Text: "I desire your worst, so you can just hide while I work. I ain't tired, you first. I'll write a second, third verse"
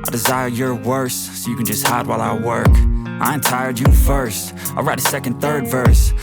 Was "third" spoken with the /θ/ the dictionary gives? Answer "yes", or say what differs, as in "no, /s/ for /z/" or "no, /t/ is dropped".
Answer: yes